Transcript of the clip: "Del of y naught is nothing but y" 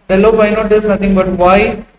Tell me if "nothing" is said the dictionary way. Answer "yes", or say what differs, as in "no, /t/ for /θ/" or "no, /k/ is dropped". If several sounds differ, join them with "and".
no, /t/ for /θ/